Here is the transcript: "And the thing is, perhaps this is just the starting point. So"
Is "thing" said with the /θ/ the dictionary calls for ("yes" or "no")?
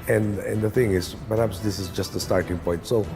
yes